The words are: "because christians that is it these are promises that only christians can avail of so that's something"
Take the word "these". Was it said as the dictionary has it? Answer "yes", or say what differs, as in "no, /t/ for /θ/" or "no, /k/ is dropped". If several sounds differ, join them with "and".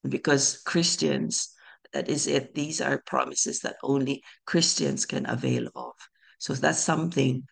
yes